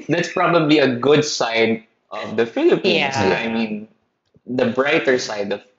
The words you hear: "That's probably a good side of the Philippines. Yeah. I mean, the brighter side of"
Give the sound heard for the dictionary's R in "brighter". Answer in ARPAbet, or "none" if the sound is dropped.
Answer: R